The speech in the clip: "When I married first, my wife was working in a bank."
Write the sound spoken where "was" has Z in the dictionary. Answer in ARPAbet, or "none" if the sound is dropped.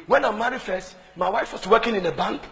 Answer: S